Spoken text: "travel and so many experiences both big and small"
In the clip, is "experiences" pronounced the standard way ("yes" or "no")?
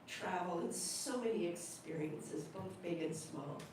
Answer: yes